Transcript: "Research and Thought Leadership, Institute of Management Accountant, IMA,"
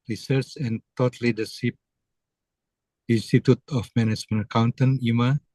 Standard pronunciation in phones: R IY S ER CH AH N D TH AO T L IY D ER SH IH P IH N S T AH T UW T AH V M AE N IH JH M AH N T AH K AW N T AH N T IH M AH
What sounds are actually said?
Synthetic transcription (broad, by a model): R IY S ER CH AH N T AO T L IY D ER S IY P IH N S T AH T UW T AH F M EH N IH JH M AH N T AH K AW N T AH N IH M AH